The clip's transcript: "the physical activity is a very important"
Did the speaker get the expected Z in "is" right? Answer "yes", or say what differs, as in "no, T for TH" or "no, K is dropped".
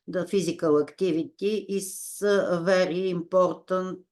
no, S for Z